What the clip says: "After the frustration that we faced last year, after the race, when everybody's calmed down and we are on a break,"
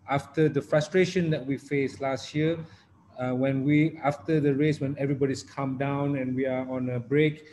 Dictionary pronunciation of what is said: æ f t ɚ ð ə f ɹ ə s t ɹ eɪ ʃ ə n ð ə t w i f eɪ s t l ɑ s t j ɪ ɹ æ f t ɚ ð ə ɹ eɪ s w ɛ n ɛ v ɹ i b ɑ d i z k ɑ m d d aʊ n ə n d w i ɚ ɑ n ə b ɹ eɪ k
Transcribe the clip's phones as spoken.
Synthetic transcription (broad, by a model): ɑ f t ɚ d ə f ɹ ə s t ɹ eɪ ʃ ə n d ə t w i f eɪ s l ɑ s t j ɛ w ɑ f t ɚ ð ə ɹ eɪ s w ɛ n ɛ v ɹ i b ɑ d i s k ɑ m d d aʊ n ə n w i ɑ ɑ n ə b ɹ eɪ k